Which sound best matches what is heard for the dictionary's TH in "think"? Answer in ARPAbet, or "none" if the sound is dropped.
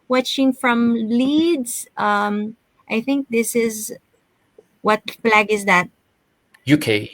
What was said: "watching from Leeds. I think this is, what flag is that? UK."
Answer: TH